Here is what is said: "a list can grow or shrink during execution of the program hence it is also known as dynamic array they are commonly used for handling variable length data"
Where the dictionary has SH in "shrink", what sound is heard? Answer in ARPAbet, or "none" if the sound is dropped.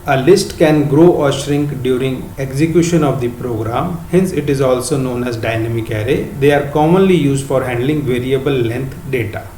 SH